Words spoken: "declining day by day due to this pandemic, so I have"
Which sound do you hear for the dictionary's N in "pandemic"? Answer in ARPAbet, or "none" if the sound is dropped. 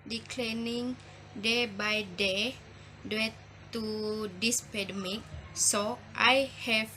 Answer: none